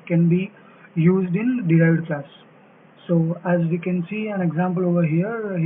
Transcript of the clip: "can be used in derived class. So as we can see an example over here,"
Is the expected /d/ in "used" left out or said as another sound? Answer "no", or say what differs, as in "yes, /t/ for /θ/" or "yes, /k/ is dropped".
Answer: no